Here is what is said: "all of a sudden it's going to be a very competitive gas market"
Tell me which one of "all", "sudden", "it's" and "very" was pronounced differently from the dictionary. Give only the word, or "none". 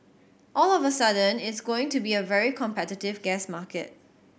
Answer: none